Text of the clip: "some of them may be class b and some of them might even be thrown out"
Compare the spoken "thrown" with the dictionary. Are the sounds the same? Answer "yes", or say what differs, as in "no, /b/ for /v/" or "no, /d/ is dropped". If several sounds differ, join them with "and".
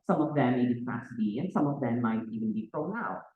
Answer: no, /f/ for /θ/